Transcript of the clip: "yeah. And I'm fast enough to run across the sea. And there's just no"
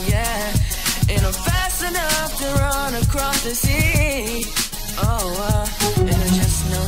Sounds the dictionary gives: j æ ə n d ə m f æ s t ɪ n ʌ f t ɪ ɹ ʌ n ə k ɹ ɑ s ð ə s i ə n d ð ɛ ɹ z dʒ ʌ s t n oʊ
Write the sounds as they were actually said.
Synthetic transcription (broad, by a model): j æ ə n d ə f æ s ɪ n ʌ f t ɪ ɹ ʌ n ə k ɹ ɑ s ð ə s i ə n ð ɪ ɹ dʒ ʌ s n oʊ